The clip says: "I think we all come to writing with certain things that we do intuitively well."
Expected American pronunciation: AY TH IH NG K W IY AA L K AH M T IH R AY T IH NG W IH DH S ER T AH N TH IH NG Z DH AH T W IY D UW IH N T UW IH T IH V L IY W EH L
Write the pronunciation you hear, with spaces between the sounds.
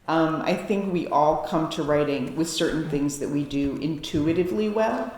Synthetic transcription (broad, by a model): AY TH IH NG K W IY AA L K AH M T IH R AY T IH NG W IH DH S ER T N TH IH NG Z DH AH T W IY D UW IH N T UW IH T IH V L IY W EH L